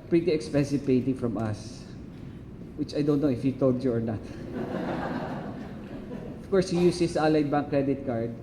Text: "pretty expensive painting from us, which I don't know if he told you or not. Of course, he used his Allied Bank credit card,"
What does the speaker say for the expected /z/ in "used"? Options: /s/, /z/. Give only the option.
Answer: /s/